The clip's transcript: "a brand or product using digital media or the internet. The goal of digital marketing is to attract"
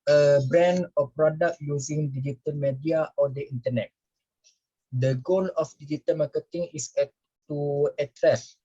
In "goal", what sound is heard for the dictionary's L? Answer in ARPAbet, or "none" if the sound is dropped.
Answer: N